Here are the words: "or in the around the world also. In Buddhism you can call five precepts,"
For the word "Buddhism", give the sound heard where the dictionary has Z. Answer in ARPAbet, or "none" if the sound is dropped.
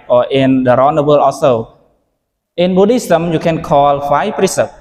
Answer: S